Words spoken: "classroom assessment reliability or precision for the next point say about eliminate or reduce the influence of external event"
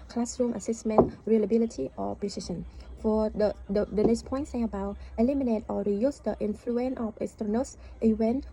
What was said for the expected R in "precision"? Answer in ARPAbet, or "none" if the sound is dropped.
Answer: none